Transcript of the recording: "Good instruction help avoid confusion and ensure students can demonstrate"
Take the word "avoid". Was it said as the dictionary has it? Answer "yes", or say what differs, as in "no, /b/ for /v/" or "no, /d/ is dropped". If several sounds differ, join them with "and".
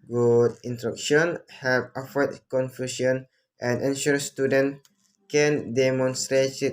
no, /f/ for /v/